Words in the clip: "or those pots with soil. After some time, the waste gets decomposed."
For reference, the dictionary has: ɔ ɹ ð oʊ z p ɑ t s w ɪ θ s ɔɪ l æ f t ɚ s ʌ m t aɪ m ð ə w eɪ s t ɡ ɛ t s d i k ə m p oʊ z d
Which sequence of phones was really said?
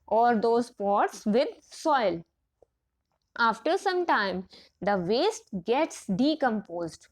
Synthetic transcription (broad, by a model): ɔ ɹ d oʊ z p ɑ t s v ɪ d s ɔɪ l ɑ f t ɚ s ʌ m t aɪ m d ə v eɪ s t ɡ ɛ t s d i k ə m p oʊ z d